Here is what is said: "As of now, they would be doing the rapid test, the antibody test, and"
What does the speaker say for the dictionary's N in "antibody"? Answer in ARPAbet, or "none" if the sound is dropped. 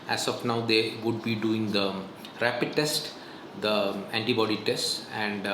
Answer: N